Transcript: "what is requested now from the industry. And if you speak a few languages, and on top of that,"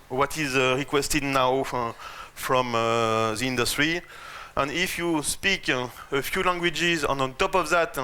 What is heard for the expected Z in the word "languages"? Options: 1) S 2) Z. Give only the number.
2